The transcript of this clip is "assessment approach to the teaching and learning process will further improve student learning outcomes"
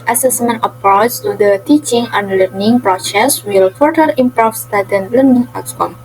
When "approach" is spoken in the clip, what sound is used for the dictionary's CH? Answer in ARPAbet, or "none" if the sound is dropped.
S